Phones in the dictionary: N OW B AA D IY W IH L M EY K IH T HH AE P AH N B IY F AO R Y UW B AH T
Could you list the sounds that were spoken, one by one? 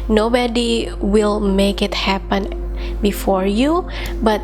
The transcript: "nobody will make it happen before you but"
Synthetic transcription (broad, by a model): N OW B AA D IY W IH L M EY K IH T HH AE P AH N B IY F AO R Y UW B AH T